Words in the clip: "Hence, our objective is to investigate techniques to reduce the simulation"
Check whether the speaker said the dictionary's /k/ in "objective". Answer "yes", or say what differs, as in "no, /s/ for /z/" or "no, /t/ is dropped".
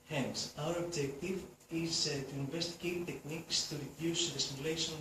yes